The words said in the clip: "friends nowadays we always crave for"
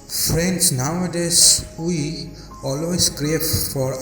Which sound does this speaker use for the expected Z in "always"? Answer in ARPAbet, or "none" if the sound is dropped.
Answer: S